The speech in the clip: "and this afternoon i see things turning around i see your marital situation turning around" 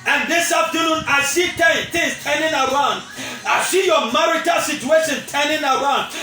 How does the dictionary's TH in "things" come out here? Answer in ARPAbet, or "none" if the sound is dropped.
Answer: T